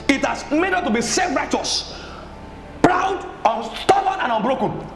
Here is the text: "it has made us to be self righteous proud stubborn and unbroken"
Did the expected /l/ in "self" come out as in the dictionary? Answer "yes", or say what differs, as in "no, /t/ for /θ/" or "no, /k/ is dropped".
no, /l/ is dropped